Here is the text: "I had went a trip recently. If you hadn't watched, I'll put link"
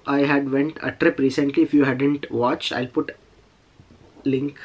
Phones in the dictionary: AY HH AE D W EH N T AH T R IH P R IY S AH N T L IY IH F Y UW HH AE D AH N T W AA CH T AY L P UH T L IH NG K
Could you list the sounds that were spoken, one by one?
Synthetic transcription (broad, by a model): AY HH AE D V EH N T AH T R IH P R IY S AH N T L IY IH F Y UW HH AE D AH N T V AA CH AY L P UH T L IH NG K